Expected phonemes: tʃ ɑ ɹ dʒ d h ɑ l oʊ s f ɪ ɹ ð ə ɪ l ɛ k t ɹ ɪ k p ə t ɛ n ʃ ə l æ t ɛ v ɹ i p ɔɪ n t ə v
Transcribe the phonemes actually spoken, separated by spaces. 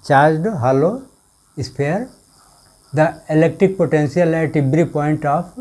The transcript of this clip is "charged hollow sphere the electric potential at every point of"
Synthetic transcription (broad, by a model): tʃ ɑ ɹ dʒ d h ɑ l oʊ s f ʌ ɹ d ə ɪ l ɛ k t ɹ ɪ k p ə t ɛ n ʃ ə l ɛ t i b ɹ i p ɔɪ n t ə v